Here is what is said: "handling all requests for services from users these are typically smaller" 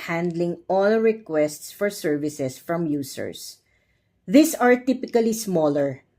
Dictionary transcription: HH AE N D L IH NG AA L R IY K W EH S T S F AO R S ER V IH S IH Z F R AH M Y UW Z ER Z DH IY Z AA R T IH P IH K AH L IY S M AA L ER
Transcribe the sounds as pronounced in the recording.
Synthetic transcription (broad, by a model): HH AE N D L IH NG AA L R IY K W EH S T S F AO R S ER V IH S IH S F R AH M Y UW S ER S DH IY S AA R T IH P IH K AH L IY S M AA L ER